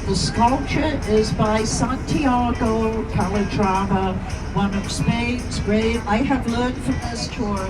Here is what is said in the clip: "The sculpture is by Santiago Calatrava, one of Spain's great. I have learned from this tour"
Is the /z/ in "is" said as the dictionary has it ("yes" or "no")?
yes